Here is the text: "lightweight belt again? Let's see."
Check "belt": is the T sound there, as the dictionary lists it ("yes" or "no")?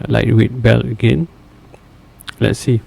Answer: no